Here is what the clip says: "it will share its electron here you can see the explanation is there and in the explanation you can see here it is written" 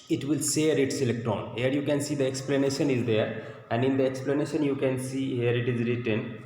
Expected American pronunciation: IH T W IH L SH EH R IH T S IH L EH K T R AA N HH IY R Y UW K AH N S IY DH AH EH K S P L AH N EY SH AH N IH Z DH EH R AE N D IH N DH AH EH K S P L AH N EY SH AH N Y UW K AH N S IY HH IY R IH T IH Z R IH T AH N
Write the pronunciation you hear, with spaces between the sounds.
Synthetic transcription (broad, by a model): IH T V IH L S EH R IH T S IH L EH K T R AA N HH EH R Y UW K AH N S IY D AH EH K S P L AH N EY SH AH N IH Z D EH R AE N D IH N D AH EH K S P L AH N EY SH AH N Y UW K AH N S IY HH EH R IH T IH Z R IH T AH N